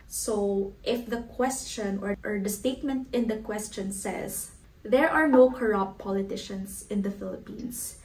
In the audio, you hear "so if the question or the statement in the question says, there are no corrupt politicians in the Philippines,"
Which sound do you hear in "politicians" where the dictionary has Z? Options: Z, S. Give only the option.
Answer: S